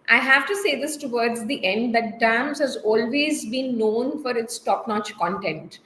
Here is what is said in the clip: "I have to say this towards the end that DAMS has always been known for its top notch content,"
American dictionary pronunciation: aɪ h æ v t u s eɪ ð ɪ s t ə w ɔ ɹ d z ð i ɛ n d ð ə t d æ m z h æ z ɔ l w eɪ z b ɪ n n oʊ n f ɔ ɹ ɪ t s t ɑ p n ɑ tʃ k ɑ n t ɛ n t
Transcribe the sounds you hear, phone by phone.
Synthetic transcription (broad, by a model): aɪ h æ v t u s eɪ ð ɪ s t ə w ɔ ɹ d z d i ɛ n d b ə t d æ m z h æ z ɔ l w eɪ z b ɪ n n oʊ n f ɔ ɹ ɪ t s t ɑ p n ɑ tʃ k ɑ n t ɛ n t